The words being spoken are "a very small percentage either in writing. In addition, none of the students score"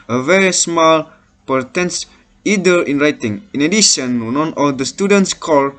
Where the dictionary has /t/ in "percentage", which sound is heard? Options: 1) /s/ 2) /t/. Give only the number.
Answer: 1